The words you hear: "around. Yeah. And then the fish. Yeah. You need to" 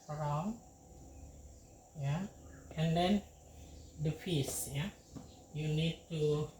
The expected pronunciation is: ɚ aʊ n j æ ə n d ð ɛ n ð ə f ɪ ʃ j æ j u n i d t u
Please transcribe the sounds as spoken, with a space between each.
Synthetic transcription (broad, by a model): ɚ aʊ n j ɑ ə n d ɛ n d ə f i s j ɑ j u n i d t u